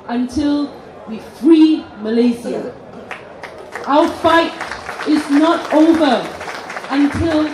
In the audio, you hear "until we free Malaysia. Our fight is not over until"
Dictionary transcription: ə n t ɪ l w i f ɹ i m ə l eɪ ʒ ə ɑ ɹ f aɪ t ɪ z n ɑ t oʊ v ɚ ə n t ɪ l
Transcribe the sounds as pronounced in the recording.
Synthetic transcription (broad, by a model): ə n t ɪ l w i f ɹ i m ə l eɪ z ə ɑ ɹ f aɪ t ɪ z n ɑ t oʊ v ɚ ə n t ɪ l